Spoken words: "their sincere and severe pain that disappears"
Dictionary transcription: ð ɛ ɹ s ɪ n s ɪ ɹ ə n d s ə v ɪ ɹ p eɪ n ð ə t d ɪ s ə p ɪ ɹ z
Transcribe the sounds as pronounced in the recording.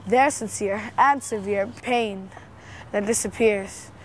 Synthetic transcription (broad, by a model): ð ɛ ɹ s ɪ n s ɪ ɹ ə n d s ə v ɪ ɹ p eɪ n ð ə t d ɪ s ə p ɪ ɹ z